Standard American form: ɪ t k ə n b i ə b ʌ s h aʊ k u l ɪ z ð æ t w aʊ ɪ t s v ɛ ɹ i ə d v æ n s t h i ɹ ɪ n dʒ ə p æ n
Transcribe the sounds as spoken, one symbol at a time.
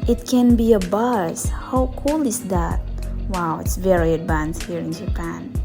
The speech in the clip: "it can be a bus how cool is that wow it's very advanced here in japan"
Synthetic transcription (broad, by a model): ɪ t k ə n b i ə b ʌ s h aʊ k u l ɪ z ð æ t w aʊ ɪ t s v ɛ ɹ i ə d v æ n s t h i ɹ ɪ n dʒ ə p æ n